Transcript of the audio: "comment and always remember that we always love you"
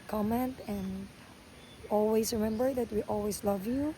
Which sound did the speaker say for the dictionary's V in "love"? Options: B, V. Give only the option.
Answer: V